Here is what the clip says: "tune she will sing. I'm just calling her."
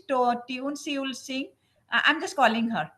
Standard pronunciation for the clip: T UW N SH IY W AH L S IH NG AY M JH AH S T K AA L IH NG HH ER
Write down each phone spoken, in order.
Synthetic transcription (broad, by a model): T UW N S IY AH L S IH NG AY M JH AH S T K AA L IH NG HH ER